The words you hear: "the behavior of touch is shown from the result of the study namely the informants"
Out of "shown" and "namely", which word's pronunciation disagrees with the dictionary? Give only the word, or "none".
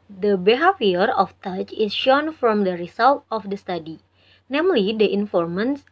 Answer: none